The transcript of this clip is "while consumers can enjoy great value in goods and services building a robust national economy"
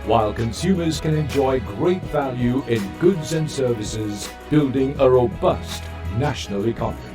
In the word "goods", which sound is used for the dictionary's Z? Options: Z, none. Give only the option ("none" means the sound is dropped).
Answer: Z